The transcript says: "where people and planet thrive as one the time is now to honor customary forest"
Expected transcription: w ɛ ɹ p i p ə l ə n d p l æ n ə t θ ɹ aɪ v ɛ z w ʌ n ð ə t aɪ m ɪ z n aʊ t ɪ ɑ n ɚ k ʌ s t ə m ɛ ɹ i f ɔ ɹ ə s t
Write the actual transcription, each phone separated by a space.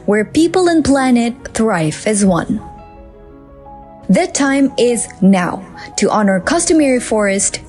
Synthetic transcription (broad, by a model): w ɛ ɹ p i p ə l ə n p l æ n ə t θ ɹ aɪ f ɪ z w ʌ n ð ə t aɪ m ɪ z n aʊ t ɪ ɑ n ɚ k ʌ s t ə m ɛ ɹ i f ɔ ɹ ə s t